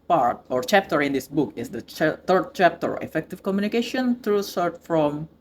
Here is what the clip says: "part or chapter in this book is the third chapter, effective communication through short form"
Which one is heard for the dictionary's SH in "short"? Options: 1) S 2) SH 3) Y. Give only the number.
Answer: 1